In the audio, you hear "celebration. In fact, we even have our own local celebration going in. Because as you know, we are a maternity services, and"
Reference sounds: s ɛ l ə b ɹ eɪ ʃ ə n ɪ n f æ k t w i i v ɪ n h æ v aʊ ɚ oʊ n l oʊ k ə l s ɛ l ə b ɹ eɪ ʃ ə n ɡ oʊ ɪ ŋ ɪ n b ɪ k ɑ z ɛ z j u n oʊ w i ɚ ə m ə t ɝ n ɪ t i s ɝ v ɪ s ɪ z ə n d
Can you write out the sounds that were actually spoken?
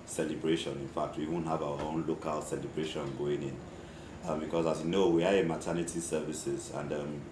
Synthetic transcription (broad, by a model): s ɛ l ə b ɹ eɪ ʃ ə n ɪ n f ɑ k t w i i w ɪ n h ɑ v aʊ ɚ oʊ n l oʊ k ə l s ɛ l ə b ɹ eɪ ʃ ə n ɡ oʊ ɪ ŋ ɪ n b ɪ k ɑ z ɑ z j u n oʊ w i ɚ ə m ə t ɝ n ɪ t i s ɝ v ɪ s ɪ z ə n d